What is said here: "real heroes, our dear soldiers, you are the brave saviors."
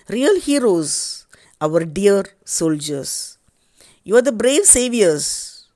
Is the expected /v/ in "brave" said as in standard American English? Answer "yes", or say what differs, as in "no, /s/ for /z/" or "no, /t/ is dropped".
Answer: yes